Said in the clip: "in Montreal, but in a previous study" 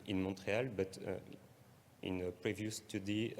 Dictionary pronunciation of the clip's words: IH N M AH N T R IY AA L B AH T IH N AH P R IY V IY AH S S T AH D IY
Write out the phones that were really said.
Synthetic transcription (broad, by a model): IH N M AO T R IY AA L B AH T IH N AH P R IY V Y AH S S T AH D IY